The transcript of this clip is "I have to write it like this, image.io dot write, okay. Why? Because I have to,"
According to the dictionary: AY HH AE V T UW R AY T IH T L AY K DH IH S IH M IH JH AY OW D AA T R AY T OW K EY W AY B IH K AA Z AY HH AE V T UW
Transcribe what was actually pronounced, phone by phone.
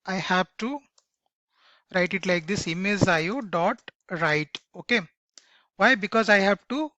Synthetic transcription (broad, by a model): AY HH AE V T UW R AY T IH T L AY K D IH S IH M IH Z AY OW D AA T R AY T OW K EY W AY B IH K AA Z AY HH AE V T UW